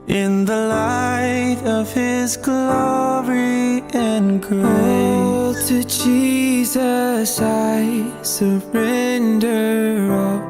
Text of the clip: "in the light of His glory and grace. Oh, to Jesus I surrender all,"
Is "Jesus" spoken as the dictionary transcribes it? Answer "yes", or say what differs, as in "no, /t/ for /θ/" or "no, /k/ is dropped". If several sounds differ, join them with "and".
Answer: yes